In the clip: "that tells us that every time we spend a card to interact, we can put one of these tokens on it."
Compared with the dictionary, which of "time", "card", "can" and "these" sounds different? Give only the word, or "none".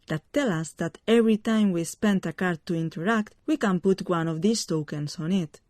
these